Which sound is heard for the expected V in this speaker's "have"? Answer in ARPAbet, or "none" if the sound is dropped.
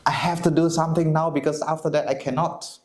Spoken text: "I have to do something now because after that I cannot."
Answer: F